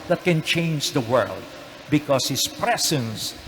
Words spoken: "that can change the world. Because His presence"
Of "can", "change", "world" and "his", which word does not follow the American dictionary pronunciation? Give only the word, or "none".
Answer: his